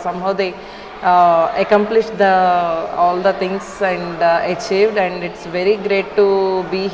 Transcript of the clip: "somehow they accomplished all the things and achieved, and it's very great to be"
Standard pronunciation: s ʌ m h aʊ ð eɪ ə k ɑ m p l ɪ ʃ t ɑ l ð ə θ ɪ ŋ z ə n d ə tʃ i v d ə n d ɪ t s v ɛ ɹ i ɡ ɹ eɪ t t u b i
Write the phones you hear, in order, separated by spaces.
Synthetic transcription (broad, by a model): s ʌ m h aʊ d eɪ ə k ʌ m p l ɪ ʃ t ɑ l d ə t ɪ ŋ s ə n d ə tʃ i v d ə n d ɪ t s v ɛ ɹ i ɡ ɹ eɪ t t u b i